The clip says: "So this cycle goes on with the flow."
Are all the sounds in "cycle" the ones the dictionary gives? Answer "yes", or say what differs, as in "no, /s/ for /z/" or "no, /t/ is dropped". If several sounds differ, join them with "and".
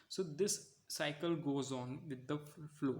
yes